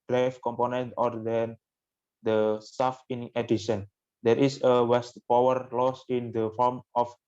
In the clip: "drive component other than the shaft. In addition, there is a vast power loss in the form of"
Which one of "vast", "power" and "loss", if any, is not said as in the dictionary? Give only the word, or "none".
vast